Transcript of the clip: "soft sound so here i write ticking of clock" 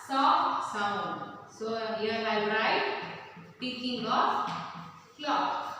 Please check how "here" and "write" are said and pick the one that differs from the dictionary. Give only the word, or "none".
here